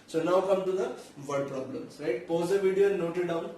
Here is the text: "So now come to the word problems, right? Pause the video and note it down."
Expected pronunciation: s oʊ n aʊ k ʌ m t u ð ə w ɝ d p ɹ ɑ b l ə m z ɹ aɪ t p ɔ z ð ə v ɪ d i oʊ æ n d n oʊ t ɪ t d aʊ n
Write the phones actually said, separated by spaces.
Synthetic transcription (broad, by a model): s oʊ n aʊ k ʌ m t u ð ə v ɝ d p ɹ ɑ b l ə m s ɹ aɪ t p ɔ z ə v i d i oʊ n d n oʊ t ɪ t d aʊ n